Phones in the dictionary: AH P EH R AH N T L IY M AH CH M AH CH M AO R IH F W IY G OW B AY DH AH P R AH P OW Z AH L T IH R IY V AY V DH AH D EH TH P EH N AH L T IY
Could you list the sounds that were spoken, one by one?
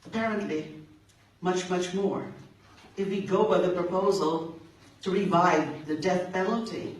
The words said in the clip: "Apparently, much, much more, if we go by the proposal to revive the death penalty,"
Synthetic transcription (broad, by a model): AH P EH R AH N T L IY M AH CH M AH CH M AO R IH F W IY G OW B AY DH AH P R AH P OW Z AH L T IH R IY V AY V DH AH D EH TH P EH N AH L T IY